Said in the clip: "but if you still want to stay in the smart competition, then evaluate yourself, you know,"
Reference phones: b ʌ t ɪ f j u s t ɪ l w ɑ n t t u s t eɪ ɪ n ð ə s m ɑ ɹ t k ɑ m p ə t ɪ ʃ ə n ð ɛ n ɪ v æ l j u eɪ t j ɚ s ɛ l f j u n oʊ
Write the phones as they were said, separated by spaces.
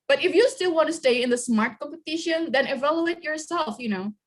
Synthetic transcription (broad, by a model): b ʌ t ɪ f j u s t ɪ l w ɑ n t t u s t eɪ ɪ n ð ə s m ɑ ɹ t k ɑ m p ə t ɪ ʃ ə n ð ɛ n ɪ v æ l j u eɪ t j ɚ s ɛ l f j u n oʊ